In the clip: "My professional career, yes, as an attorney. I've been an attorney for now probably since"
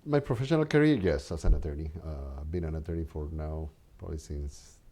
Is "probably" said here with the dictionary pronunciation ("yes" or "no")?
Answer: no